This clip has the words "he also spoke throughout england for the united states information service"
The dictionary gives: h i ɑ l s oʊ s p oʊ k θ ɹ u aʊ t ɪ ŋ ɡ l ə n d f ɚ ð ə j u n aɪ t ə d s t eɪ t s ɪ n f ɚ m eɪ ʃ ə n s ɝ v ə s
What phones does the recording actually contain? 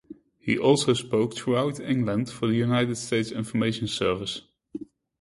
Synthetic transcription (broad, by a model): h i ɑ l s oʊ s p oʊ k t ɹ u aʊ t ɪ ŋ ɡ l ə n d f ɚ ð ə j u n aɪ t ə d s t eɪ t s ɪ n f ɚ m eɪ ʃ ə n s ɝ v ə s